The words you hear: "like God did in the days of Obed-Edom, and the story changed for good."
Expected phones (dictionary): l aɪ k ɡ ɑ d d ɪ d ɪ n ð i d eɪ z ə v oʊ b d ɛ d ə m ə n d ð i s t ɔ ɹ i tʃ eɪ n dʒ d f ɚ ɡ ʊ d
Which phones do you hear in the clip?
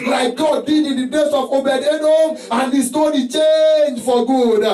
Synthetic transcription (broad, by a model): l aɪ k ɡ ɑ d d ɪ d ɪ n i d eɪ s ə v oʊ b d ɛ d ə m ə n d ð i s t ɔ ɹ i tʃ eɪ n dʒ f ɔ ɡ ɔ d